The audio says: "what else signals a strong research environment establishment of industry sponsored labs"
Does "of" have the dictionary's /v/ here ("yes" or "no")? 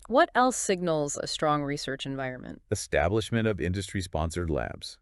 yes